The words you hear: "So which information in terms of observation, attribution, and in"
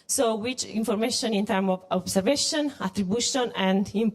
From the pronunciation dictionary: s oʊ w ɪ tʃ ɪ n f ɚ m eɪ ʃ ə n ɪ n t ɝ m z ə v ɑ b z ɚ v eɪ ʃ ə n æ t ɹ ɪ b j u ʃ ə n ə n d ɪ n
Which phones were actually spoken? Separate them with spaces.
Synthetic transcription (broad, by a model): s oʊ w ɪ tʃ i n f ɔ m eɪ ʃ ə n ɪ n t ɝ m ə v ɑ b s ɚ v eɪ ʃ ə n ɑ t ɹ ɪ b j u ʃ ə n ə n d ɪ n